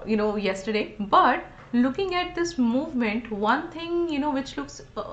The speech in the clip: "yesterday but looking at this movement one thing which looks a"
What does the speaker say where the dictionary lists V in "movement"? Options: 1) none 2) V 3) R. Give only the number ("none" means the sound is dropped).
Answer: 2